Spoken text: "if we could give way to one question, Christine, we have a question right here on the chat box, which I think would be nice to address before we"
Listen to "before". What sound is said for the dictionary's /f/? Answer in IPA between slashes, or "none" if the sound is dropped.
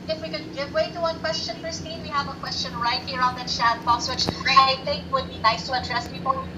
/p/